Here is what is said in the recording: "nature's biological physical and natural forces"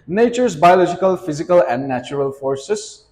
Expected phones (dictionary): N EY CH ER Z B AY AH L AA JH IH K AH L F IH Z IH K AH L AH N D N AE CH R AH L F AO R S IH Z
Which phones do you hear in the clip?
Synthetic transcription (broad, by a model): N EY CH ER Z B AY AH L AA JH IH K AH L F IH Z IH K AH L AH N D N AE CH R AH L F AO R S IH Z